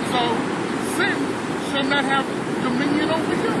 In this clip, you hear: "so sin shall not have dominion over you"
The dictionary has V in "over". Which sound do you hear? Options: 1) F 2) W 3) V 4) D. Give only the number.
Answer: 2